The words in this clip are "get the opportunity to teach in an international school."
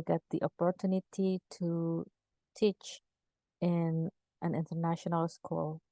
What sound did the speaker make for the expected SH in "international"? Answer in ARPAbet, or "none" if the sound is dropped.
SH